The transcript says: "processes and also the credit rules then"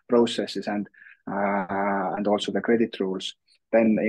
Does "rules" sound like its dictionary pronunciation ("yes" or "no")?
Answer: no